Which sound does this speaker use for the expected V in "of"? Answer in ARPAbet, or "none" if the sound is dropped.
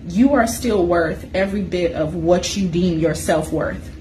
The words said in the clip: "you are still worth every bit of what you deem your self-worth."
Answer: V